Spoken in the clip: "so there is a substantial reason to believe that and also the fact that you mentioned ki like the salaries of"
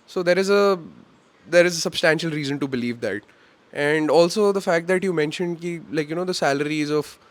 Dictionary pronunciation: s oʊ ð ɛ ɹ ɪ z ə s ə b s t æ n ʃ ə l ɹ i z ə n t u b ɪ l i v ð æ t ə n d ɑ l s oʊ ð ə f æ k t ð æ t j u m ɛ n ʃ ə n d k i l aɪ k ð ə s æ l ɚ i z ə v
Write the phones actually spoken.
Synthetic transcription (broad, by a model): s oʊ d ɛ ɹ ɪ z ə s ə b s t æ n ʃ ə l ɹ i z ə n t u b ɪ l i v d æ t ə n d ɑ l s oʊ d ə f æ k t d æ t j u m ɛ n ʃ ə n d k i l aɪ k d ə s æ l ɚ i z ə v